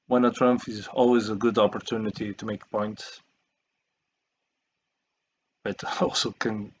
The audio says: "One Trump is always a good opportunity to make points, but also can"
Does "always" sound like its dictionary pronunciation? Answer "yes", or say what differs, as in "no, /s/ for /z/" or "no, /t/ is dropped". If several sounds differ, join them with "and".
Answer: yes